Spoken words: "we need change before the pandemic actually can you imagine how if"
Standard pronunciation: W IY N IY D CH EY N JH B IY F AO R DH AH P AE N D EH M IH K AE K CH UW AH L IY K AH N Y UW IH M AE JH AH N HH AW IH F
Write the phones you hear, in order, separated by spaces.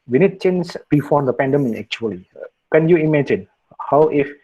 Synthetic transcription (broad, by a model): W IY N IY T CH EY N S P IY F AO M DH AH P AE N D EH M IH EH K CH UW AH L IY K AH N Y UW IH M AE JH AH N HH AW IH F